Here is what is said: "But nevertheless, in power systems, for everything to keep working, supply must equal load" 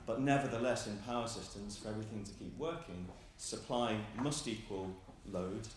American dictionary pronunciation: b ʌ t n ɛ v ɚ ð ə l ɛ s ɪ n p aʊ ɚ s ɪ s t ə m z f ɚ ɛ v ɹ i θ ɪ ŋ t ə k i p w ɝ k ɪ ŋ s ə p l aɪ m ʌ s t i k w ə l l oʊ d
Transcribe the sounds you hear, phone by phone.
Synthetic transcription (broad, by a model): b ʌ t n ɛ v ɚ ð ə l ɛ s ɪ n p aʊ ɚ s ɪ s t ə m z f ɚ ɛ v ɹ i θ ɪ ŋ t ə k i p w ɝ k ɪ ŋ s ə p l aɪ m ʌ s t i k w ə l l oʊ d